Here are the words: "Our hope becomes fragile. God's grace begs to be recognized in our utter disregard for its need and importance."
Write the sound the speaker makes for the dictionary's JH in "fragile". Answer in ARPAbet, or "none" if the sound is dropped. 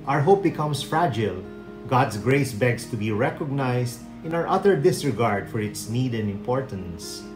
JH